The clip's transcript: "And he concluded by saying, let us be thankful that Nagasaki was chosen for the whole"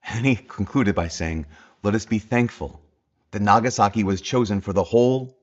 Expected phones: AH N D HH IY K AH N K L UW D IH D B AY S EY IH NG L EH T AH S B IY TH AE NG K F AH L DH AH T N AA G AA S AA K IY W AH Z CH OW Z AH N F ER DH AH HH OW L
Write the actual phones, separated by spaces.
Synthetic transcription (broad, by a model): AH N IY K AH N K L UW D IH D B AY S EY IH NG L EH T AH S B IY TH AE NG K F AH L DH AH T N AA G AA S AA K IY W AH Z CH OW Z AH N F ER DH AH HH OW L